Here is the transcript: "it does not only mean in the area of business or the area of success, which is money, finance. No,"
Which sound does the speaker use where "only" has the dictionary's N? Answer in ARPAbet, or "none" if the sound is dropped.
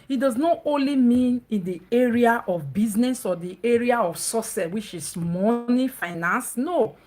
N